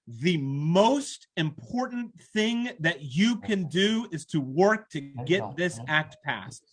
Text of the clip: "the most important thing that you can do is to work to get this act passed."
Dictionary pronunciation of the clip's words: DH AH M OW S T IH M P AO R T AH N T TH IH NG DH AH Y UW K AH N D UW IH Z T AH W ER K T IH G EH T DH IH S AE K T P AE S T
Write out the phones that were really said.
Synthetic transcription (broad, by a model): DH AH M OW S T IH M P AO R T N TH IH NG DH AH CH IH K AH N D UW IH Z T AH W ER K T IH G EH T DH IH S AE K T P AE S T